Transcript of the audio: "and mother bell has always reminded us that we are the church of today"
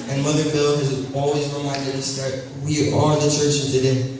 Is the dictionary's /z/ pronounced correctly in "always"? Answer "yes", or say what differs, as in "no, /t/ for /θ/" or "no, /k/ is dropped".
yes